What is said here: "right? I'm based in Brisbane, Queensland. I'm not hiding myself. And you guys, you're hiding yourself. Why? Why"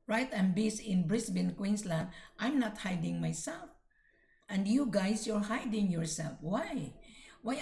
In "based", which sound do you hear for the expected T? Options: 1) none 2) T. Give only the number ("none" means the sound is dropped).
1